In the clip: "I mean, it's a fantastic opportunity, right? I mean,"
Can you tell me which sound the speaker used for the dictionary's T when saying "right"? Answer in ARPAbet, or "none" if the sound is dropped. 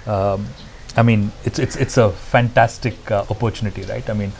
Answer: T